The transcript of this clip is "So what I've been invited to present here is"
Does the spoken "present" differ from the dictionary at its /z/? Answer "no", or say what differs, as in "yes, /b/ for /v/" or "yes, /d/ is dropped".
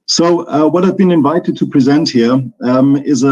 no